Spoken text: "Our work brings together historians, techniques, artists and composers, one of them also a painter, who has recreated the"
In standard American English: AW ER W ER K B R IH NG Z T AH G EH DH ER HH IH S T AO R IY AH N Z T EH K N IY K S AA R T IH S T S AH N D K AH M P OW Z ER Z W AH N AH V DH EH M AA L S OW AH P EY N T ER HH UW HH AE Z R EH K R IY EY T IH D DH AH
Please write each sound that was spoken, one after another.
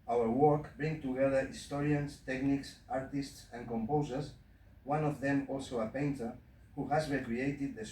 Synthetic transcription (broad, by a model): AW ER W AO K B R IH NG T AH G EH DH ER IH S T AO R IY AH N S T EH K N IY K S AA R T IH S T S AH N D K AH M P OW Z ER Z W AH N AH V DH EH M AA L S OW AH P EY N T ER HH UW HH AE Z R EH K R IY EY T IH D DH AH